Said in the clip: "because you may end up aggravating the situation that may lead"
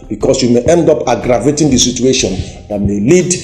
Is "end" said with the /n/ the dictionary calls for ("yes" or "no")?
yes